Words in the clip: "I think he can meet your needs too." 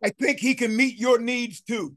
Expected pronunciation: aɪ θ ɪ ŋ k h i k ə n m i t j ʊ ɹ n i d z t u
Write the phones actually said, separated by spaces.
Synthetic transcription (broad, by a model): aɪ θ ɪ ŋ k h i k ə n m i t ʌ ɹ n i d z t u